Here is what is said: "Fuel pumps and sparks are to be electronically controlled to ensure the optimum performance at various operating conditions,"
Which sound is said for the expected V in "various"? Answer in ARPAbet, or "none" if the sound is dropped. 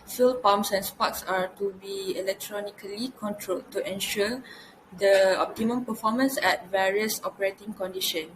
V